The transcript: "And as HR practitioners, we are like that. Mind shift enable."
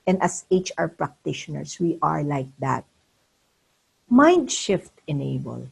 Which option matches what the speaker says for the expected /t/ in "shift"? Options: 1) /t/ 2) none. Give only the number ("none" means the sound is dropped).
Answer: 1